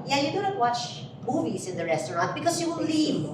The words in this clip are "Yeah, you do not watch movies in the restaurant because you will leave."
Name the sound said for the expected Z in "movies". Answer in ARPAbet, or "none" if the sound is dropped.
S